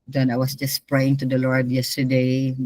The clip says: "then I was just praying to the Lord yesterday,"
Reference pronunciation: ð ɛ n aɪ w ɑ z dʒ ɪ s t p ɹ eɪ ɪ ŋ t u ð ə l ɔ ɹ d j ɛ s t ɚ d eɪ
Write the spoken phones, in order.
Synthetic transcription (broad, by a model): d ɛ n aɪ w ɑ s dʒ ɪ s p ɹ eɪ ɪ ŋ t u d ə l ɔ ɹ d j ɛ s t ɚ d eɪ